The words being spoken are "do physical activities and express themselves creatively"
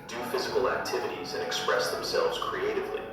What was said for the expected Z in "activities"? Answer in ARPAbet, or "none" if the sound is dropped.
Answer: Z